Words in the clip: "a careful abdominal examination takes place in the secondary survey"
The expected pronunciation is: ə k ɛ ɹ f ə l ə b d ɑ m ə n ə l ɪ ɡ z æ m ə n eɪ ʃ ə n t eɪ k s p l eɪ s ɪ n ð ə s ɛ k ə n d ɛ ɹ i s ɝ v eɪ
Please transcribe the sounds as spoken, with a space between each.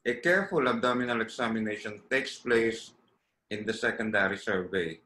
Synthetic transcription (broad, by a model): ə k ɛ ɹ f ə l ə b d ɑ m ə n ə l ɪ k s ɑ m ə n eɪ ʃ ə n t eɪ k s p l eɪ s ɪ n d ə s ɛ k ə n d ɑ ɹ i s ɝ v eɪ